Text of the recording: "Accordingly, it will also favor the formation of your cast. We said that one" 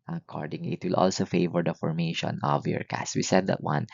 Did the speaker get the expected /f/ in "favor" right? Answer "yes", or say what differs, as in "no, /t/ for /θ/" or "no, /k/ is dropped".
yes